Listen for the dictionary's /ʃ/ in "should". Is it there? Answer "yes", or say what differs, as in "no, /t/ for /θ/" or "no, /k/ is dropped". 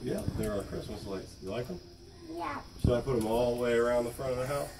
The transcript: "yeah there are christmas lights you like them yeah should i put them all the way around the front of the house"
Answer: no, /s/ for /ʃ/